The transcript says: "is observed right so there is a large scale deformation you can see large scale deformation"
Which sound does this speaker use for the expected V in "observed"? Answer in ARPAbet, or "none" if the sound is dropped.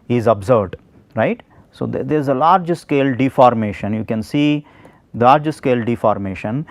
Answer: none